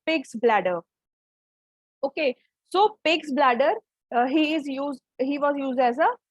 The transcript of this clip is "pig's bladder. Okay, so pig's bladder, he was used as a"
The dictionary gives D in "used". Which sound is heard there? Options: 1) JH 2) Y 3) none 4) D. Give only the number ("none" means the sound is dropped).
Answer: 4